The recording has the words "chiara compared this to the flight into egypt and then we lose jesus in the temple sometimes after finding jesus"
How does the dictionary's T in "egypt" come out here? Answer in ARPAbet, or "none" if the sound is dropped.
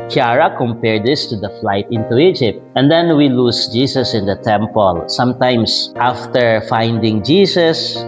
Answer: T